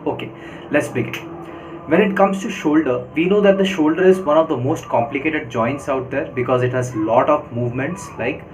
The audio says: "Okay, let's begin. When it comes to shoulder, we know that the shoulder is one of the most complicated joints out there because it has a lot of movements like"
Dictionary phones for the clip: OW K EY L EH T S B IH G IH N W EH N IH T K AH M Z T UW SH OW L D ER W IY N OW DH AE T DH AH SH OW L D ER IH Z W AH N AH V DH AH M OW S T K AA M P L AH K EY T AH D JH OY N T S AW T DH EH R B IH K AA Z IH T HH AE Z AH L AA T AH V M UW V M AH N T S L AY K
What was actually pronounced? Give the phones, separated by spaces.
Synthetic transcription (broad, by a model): OW K EY L EH T S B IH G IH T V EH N IH T K AH M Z T UW SH OW L D ER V IY N OW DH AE T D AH SH OW L D ER IH Z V AH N AH V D AH M OW S T K AA M P L AH K EY T AH D JH OY N T S AW T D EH R B IH K AA Z IH T HH AE Z L AA T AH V M UW V M AH N T S L AY K